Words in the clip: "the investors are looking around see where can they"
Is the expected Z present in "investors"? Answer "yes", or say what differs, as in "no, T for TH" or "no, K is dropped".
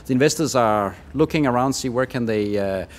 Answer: yes